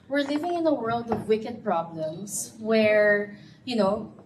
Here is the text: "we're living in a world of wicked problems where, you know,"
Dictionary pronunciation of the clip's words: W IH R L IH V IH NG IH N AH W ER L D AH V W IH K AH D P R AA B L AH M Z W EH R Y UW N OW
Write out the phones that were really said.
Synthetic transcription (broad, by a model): W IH R L IH V IH NG IH N AH W ER L D AH V W IH K AH D P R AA B L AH M S W EH R Y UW N OW